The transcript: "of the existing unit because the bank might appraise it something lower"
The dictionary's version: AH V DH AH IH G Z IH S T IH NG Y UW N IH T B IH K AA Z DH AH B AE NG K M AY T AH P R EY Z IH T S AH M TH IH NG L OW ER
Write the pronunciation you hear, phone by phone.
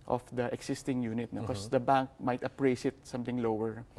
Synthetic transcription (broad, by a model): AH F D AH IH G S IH S T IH NG Y UW N IH T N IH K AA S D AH B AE NG K M AY T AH P R EY S IH T S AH M T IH NG L OW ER